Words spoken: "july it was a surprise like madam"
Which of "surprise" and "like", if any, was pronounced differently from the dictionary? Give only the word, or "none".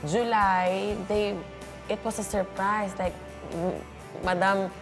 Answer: surprise